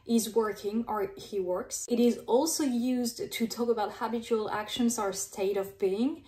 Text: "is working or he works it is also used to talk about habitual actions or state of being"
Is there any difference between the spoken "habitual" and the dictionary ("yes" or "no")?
no